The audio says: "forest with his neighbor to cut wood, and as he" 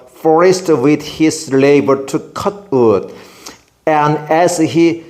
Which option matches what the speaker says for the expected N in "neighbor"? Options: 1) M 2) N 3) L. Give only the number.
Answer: 3